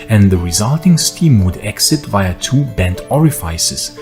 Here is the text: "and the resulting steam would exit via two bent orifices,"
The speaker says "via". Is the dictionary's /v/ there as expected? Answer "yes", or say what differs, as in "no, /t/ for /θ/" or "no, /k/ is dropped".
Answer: yes